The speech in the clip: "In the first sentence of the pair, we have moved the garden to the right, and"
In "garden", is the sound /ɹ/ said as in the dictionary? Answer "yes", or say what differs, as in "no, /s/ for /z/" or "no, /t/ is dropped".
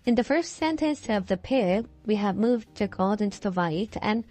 no, /l/ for /ɹ/